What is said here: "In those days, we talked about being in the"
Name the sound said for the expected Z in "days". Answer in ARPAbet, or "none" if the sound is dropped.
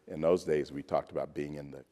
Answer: Z